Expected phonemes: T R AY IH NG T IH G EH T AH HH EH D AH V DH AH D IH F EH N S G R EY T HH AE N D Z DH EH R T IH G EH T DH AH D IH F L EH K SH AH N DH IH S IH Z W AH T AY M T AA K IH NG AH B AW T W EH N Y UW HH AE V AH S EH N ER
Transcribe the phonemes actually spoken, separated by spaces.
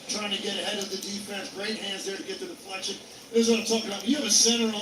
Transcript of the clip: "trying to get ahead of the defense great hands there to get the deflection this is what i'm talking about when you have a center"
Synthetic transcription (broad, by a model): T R AY IH NG T IH G EH T AH HH EH D AH V DH AH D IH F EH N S G R EY T HH AE N D Z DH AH R T IH G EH T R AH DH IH P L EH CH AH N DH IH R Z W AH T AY T AA K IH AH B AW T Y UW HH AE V AH S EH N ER